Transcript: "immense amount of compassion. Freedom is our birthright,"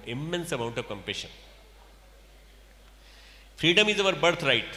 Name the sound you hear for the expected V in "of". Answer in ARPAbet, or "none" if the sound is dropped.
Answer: V